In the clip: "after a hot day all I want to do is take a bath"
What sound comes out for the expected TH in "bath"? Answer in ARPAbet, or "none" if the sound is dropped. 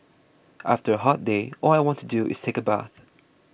TH